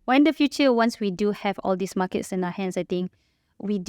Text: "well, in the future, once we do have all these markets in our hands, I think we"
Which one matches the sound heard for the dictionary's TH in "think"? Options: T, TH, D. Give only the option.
T